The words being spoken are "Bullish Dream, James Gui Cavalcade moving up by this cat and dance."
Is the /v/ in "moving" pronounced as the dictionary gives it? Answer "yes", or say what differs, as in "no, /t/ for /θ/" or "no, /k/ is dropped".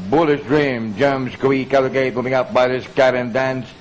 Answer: no, /v/ is dropped